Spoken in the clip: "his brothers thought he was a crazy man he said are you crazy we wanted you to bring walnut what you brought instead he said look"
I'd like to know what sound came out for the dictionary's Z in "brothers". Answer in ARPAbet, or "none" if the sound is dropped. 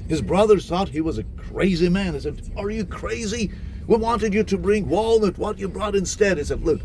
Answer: none